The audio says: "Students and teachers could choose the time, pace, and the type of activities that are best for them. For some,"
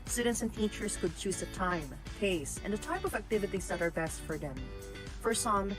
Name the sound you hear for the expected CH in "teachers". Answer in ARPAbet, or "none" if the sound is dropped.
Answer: CH